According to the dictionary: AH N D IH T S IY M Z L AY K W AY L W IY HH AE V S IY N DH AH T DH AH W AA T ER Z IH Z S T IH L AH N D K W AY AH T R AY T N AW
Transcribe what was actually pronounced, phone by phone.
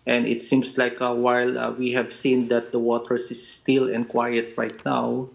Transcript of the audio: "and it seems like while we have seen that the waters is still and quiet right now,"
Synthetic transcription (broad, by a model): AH N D IH T S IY M S L AY K W AY L W IY HH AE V S IY N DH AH T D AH W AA T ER S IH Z S T IH L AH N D K W AY AH T R AY T N AW